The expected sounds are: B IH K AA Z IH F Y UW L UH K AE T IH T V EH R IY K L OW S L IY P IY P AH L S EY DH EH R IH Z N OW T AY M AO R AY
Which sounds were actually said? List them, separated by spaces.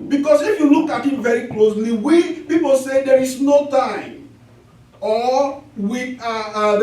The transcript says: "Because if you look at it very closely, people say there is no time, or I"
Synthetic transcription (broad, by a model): B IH K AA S IH F Y UW L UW K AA T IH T V EH R IY K L OW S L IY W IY P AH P S EY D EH R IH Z N OW T AY M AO W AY